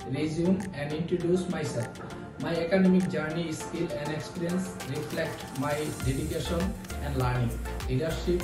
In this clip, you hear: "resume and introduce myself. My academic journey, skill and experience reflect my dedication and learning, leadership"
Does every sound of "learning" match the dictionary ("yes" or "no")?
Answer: no